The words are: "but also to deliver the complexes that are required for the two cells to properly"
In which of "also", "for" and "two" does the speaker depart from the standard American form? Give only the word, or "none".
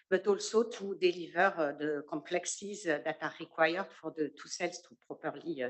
none